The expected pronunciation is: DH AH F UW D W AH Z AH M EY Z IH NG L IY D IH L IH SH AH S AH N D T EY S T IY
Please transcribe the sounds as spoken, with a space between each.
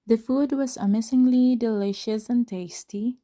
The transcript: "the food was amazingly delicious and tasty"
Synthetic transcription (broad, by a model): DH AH F UW D W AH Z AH M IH S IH NG L IY D IH L IH SH AH S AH N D T EY S T IY